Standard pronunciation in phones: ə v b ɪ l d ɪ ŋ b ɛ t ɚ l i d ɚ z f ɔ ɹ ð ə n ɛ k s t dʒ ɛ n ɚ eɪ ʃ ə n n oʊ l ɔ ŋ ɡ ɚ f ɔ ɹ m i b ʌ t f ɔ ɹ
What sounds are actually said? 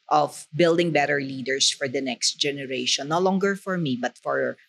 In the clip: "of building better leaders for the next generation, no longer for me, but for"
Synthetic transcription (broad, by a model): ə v b ɪ l d ɪ ŋ b ɛ t ɚ l i d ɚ s f ɔ ɹ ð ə n ɛ k s t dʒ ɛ n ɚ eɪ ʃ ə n n oʊ l ɔ ŋ ɡ ɚ f ɔ ɹ m i b ʌ t f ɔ ɹ